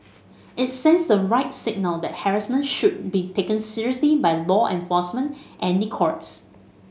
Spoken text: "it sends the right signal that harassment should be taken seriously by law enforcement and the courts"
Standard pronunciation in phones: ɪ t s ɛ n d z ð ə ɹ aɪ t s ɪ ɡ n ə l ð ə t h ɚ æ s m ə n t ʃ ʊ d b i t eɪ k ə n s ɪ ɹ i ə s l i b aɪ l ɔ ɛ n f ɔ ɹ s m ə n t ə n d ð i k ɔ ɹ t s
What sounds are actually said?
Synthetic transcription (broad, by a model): ɪ t s ɛ n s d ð ə ɹ aɪ t s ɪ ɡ n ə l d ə t h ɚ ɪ s m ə n ʃ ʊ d b i t eɪ k ə n s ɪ ɹ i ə s l i b aɪ l ɔ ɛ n f ɔ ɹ s m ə n t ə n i k ɔ ɹ t s